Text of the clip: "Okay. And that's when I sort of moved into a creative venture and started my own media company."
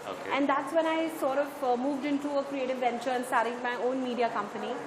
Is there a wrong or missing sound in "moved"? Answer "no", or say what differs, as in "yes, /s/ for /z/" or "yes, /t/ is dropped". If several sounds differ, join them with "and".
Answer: no